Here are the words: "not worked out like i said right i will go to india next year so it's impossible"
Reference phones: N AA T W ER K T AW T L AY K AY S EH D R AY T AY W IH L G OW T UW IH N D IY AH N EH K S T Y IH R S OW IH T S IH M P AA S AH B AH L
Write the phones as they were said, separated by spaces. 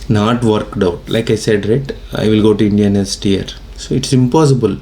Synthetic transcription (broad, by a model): N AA T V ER K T AW T L AY K AY S EH D R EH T AY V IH L G OW T UW IH N D IY AH N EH S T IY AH R S OW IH T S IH M P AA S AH B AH L